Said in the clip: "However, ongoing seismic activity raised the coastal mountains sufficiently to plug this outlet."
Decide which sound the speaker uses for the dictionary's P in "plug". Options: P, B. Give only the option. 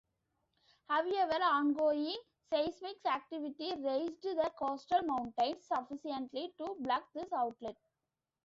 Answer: B